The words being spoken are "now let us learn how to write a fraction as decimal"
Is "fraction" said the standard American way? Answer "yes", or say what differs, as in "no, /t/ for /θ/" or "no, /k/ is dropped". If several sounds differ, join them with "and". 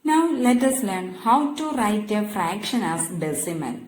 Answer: yes